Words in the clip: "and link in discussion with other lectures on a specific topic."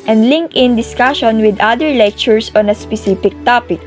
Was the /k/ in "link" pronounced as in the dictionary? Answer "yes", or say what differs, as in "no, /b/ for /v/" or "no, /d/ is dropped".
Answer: yes